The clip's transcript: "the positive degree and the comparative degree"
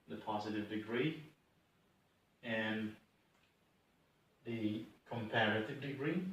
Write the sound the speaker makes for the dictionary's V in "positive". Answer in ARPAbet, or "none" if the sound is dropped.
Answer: V